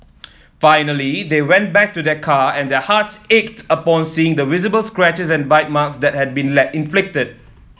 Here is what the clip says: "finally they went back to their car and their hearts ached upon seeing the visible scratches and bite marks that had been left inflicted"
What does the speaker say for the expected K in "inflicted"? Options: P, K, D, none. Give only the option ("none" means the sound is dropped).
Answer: K